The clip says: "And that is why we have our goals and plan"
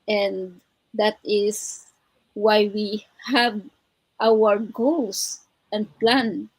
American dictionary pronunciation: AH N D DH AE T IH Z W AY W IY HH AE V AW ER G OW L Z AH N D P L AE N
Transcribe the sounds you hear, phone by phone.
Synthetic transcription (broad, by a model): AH N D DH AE T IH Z W AY W IY HH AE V AW ER G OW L S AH N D P L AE N